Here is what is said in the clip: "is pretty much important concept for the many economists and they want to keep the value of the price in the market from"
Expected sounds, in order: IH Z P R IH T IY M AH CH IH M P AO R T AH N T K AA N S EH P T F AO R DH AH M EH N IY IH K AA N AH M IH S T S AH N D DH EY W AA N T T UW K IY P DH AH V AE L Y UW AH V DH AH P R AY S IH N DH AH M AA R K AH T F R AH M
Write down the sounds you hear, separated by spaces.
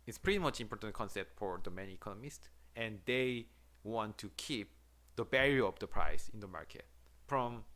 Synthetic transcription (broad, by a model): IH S P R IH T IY M AH CH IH M P AO R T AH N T K AA N S EH P T F AO R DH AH M EH N IY IH K AA N AH M IH S T S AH N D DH EY W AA N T T UW K IY P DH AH B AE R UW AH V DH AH P R AY S IH N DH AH M AA R K AH T F R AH M